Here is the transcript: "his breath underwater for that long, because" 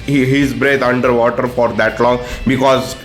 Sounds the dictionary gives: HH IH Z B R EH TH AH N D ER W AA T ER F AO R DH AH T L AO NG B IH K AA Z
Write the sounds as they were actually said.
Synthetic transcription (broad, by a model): HH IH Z B R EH T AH N D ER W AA T ER F AO R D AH T L AO NG B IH K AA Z